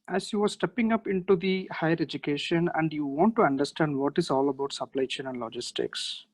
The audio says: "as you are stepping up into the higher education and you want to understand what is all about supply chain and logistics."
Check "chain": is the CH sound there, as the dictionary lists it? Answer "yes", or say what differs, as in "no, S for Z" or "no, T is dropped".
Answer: no, SH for CH